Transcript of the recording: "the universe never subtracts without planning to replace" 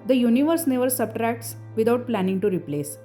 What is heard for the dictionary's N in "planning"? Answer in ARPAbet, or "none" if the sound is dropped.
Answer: N